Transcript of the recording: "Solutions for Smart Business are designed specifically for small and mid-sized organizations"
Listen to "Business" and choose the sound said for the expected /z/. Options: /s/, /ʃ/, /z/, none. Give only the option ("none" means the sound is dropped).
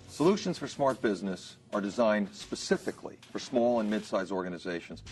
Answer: /z/